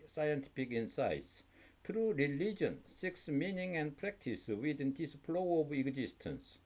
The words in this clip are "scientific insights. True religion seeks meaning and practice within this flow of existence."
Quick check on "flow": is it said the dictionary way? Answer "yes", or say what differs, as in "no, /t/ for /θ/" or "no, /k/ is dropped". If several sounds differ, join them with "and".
no, /p/ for /f/